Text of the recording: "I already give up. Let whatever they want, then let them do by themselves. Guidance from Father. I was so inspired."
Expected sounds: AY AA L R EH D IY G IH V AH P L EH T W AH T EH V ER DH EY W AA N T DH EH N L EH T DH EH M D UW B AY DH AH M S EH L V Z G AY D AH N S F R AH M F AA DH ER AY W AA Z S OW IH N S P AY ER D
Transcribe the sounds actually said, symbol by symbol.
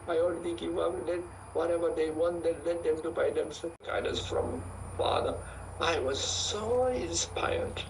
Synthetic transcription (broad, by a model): AY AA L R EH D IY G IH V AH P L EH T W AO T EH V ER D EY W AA N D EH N L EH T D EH M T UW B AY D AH M S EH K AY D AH S F R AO M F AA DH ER AY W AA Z S OW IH N S P AY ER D